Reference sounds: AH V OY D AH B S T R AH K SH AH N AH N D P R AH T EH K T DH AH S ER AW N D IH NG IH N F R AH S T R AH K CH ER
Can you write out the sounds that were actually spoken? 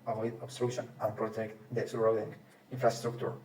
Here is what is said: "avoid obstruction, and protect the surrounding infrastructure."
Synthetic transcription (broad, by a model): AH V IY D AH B S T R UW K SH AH N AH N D P R AH T EH K T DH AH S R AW D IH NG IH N F R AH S T R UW K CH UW